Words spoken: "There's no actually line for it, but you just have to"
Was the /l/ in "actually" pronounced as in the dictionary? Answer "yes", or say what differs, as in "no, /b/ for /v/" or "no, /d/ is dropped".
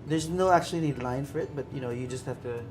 no, /n/ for /l/